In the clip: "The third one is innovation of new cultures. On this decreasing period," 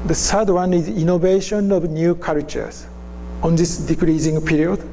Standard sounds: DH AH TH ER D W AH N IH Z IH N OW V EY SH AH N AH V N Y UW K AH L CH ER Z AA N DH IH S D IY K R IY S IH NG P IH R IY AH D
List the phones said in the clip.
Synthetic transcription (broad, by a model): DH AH S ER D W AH N IH Z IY N OW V EY SH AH N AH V N Y UW K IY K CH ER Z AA N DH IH S D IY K R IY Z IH NG P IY R IY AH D